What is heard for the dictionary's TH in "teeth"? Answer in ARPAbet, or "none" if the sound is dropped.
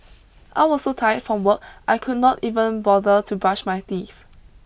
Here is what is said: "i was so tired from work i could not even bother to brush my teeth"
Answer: F